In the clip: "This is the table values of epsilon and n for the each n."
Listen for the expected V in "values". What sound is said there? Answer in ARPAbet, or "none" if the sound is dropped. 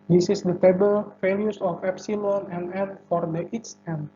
F